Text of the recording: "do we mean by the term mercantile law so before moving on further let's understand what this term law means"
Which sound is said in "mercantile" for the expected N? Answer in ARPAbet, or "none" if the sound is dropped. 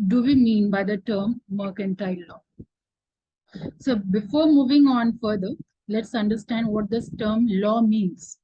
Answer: N